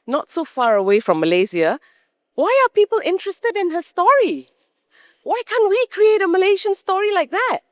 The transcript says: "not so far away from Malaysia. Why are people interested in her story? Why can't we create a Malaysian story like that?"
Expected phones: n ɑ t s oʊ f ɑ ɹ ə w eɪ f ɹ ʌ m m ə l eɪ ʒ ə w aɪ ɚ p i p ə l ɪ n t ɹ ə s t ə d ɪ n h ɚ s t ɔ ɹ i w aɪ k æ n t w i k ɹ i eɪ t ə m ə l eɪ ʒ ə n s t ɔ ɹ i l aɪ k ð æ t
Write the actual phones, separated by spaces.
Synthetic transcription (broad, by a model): n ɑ t s oʊ f ɑ ɹ ə w eɪ f ɹ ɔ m m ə l eɪ z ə w aɪ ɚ p i p ə l ɪ n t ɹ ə s t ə d ɪ n h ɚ s t ɔ ɹ i w aɪ k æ n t w i k ɹ i eɪ t ə m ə l eɪ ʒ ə n s t ɔ ɹ i l aɪ k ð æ t